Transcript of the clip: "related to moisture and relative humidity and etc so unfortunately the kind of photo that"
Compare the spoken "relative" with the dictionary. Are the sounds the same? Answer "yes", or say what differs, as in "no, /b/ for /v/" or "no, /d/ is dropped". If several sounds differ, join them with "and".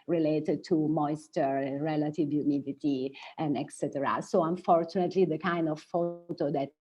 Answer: yes